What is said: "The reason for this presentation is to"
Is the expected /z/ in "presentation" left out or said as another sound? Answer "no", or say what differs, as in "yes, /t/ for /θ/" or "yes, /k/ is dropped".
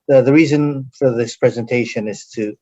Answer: no